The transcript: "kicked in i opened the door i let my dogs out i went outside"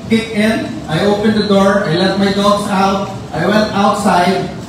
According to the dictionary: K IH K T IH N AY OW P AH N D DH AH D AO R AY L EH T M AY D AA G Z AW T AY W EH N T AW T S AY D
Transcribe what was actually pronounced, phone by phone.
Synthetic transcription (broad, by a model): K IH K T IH N AY OW P AH N D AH D AO R AY L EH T M AY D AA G S AW T AY W EH N T AW T S AY D